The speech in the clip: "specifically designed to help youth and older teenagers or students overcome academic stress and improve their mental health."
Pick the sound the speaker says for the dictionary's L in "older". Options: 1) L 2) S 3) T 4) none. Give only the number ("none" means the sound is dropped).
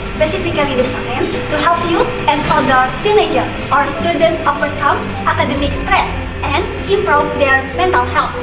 4